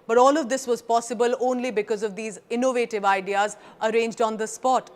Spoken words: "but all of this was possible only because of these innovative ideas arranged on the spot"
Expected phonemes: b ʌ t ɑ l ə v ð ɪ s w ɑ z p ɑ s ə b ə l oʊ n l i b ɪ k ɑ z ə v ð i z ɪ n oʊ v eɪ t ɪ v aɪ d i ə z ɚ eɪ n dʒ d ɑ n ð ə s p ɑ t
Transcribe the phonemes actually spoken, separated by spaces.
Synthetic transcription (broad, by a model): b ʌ t ɑ l ə v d ɪ s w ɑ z p ɑ s ə b ə l oʊ n l i b ɪ k ɑ z ə v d i z ɪ n oʊ v eɪ t ɪ v aɪ d i ə z ɚ eɪ n dʒ d ɑ n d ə s p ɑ t